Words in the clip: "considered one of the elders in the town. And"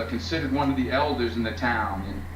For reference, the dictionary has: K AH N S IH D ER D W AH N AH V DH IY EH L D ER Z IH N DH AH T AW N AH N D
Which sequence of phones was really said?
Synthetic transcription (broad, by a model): K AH N S IH D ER D W AH N AH V DH IY EH L D ER Z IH N DH AH T AW N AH N